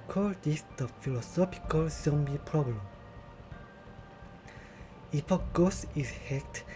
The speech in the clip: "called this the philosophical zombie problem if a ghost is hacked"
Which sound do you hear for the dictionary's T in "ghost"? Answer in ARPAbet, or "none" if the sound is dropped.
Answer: none